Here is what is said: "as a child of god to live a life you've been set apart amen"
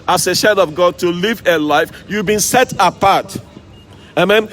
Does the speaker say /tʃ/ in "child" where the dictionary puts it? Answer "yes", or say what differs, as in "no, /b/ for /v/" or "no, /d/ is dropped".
no, /ʃ/ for /tʃ/